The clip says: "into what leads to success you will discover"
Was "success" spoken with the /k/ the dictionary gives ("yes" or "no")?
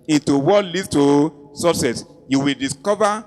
no